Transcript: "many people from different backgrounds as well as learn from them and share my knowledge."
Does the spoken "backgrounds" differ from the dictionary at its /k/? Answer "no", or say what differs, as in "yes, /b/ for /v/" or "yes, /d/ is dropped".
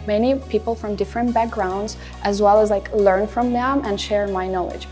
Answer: no